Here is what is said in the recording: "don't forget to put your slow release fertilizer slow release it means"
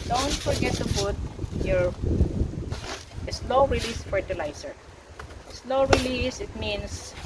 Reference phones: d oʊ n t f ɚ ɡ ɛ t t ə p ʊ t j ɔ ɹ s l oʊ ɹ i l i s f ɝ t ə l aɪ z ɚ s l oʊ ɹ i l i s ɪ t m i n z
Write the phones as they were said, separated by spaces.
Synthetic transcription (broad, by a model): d oʊ n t f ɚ ɡ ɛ t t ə f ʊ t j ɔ ɹ s l oʊ ɹ i l i s f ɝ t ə l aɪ s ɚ s l oʊ ɹ i l i s ɪ t m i n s